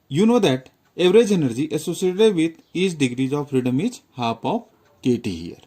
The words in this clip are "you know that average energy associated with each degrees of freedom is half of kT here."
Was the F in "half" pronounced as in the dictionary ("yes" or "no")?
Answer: no